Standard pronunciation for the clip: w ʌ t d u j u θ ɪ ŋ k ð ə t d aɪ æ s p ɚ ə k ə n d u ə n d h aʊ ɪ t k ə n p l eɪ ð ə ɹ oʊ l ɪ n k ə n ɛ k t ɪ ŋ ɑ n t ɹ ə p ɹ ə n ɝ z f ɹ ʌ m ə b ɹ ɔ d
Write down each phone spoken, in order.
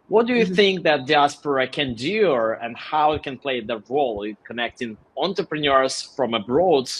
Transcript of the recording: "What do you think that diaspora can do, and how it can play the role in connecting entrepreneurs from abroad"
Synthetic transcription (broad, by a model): w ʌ t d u j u θ ɪ ŋ k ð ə t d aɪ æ s p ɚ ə k ə n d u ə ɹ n h aʊ ɪ t k ə n p l eɪ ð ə ɹ oʊ l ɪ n k ə n ɛ k t ɪ ŋ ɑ n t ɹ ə p ɹ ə n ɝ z f ɹ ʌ m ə b ɹ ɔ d